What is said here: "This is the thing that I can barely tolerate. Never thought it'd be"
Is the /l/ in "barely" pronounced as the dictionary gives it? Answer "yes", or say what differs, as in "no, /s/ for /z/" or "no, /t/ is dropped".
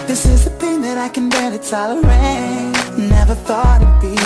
no, /l/ is dropped